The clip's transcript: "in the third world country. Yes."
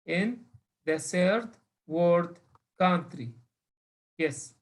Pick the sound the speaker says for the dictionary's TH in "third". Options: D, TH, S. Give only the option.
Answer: S